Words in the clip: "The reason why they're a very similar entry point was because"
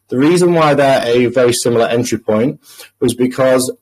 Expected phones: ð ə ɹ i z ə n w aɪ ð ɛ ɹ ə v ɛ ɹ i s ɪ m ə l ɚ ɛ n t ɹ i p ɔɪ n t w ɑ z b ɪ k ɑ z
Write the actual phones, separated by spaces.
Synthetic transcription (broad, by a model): ð ə ɹ i z ə n w aɪ ð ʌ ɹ ə v ɛ ɹ i s ɪ m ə l ɚ ɛ n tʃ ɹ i p ɔɪ n t w ɑ z b ɪ k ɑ z